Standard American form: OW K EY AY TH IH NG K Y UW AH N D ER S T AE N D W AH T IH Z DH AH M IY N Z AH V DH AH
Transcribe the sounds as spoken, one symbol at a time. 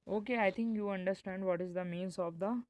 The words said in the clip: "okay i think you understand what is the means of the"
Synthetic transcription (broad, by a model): OW K EY AY T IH NG K Y UW AH N D ER S T AE N D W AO T IH Z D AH M IY N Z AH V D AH